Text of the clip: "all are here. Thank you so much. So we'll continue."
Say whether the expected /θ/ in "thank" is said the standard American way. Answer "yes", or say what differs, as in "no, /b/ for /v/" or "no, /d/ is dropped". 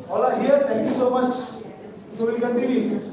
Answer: no, /t/ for /θ/